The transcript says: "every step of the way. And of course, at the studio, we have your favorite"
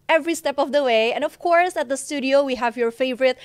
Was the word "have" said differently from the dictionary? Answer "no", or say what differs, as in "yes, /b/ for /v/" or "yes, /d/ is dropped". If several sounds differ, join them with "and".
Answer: no